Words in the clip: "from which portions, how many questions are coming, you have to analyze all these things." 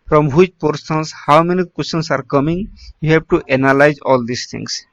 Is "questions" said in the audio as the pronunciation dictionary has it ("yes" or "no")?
no